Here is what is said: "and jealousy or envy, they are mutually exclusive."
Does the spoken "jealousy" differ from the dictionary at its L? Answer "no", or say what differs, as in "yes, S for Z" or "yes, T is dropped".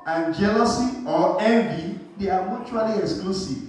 no